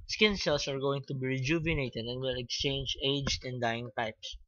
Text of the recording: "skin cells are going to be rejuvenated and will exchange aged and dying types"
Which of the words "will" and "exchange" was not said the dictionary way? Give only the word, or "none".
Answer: none